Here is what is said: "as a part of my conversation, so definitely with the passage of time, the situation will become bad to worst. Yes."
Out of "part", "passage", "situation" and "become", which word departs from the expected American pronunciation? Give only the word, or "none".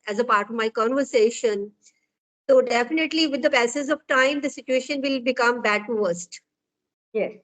passage